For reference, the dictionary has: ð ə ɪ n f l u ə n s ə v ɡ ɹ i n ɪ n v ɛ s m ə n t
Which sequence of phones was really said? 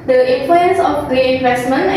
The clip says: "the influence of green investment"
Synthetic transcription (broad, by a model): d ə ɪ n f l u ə n s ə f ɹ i ɪ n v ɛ s m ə n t